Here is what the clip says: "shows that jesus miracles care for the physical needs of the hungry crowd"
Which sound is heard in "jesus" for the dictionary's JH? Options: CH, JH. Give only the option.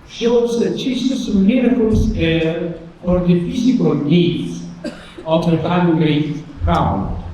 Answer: CH